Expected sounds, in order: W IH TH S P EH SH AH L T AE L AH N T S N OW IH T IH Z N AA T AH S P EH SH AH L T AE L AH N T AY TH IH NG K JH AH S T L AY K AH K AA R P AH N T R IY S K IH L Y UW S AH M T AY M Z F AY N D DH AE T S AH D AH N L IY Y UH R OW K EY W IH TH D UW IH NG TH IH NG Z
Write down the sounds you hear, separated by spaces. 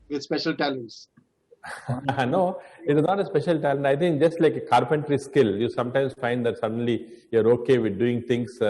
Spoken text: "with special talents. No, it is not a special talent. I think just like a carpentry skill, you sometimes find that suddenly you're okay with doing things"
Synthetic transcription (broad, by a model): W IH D S P EH SH AH L T AE L AH N T S N OW IH T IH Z N AA T AH S P EH SH AH L T AE L AH N T AY T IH NG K JH AH S T L AY K AH K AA R P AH N T R IY S K IH L Y UW S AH M T AY M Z F AY N D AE T S AH D AH N L IY Y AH R OW K EY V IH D D UW IH NG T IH NG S